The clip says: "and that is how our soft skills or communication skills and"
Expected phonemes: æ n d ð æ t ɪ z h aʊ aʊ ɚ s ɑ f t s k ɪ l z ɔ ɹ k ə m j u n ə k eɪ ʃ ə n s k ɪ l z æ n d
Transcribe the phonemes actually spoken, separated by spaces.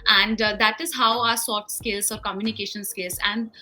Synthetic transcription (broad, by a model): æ n d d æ t ɪ z h aʊ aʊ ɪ s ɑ t s k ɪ l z ɔ ɹ k ə m j u n ə k eɪ ʃ ə n s k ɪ l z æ n d